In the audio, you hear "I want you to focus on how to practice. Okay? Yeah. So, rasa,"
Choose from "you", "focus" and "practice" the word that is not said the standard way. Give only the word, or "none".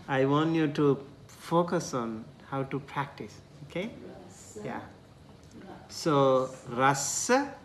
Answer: none